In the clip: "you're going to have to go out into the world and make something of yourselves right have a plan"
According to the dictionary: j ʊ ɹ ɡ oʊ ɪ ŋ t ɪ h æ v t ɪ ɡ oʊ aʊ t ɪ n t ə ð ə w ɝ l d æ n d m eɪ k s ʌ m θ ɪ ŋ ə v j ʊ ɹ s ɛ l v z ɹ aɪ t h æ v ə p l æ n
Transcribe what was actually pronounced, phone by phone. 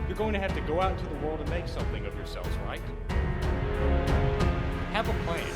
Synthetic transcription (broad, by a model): j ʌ ɹ ɡ oʊ ɪ ŋ t ɪ h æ f t ɪ ɡ oʊ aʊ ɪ t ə ð ə w ɝ l d n m eɪ k s ʌ m θ ɪ ŋ ə v j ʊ ɹ s ɛ l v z ɹ aɪ t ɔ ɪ v ə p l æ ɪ